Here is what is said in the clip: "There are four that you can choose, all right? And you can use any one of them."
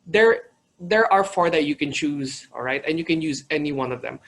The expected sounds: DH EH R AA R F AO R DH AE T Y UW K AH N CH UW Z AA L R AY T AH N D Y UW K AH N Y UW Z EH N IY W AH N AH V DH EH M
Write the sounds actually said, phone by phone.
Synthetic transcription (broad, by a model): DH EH R AA R F AO R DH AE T Y UW K AH N CH UW Z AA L R AY T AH N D Y UW K AH N Y UW Z EH N IY W AH N AH V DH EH M